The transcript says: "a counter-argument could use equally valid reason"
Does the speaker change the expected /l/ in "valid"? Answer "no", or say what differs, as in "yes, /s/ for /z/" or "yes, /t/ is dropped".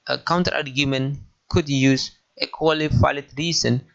yes, /l/ is dropped